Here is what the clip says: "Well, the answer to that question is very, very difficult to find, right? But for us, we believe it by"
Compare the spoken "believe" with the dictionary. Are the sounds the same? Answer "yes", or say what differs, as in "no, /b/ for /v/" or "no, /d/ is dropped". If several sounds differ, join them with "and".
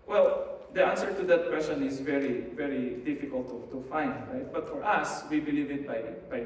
yes